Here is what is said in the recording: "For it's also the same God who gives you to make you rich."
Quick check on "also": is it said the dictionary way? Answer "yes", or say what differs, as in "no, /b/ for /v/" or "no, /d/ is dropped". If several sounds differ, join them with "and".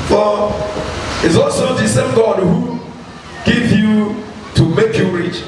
yes